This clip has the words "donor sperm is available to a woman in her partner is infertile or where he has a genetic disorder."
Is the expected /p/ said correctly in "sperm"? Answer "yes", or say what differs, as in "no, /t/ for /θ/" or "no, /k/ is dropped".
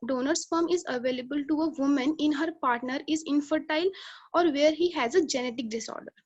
no, /f/ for /p/